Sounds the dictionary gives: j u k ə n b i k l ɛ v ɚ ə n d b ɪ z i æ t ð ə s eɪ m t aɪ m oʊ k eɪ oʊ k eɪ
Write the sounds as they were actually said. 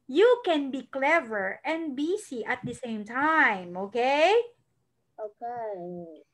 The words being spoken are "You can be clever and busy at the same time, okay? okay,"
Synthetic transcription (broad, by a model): j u k ə n b i k l ɛ v ɚ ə n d b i s i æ t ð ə s eɪ m t aɪ m oʊ k eɪ oʊ k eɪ